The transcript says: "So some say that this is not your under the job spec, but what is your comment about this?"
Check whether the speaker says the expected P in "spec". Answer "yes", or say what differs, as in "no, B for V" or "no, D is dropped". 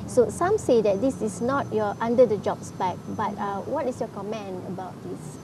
no, B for P